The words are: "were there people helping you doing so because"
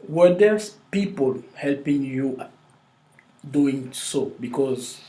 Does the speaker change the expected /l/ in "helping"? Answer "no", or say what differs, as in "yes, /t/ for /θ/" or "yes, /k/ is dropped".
no